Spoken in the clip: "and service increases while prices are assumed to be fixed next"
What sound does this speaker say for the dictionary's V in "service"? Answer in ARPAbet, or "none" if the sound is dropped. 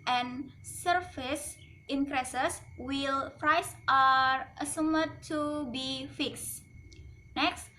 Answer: F